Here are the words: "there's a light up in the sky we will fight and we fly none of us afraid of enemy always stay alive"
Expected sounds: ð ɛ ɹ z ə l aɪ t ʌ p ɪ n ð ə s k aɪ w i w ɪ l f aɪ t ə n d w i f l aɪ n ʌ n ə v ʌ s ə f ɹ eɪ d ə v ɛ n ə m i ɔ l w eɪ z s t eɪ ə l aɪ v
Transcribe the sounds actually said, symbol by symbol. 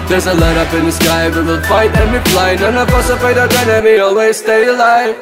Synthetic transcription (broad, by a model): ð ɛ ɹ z ə l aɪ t ʌ p ɪ n ð ə s k aɪ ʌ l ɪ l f aɪ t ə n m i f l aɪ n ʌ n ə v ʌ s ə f eɪ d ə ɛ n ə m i ɔ l w eɪ z s t eɪ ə l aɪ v